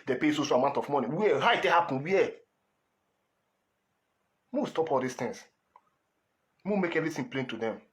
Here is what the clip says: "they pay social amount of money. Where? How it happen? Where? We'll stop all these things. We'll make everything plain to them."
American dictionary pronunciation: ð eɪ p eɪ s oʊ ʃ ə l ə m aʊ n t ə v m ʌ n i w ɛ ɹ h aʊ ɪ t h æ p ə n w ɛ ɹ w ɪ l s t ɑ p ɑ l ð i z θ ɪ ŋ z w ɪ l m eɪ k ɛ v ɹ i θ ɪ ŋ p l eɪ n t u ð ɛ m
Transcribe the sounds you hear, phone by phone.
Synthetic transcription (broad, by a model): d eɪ p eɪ s oʊ ʃ ə l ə m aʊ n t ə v m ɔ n i w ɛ h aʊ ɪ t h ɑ p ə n w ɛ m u s t ɑ p ɑ l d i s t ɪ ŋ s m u m eɪ k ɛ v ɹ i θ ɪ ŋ p l eɪ n t u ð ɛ m